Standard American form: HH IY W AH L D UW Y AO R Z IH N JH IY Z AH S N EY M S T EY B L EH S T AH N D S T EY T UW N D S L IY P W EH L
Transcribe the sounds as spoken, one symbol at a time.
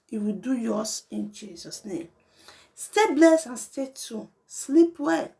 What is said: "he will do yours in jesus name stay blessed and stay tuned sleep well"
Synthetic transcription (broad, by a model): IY W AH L D UW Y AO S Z IH N JH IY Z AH S N EY M S T EY B L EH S AH N S T EY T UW S L IY P W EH